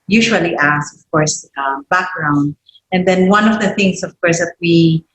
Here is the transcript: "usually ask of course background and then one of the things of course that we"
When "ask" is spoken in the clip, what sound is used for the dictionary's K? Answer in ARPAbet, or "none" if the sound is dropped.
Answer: none